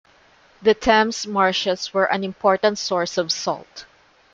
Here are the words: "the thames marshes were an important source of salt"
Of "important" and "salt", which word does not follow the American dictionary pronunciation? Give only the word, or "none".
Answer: none